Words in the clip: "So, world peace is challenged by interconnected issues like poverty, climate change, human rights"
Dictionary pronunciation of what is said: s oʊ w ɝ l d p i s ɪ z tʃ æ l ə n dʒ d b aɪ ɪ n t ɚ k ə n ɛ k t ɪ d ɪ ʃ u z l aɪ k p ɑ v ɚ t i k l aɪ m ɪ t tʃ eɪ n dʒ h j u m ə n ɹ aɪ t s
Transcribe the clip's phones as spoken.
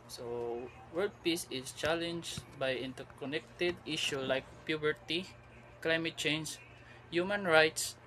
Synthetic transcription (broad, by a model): s oʊ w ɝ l d p i s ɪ s tʃ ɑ l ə n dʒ b aɪ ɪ n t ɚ k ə n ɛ k t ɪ d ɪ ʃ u l aɪ k p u b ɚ t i k l aɪ m ɪ t tʃ eɪ n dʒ h j u m ə n ɹ aɪ t s